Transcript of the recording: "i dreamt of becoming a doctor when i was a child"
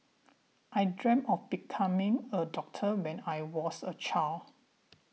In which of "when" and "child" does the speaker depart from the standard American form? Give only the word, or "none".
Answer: child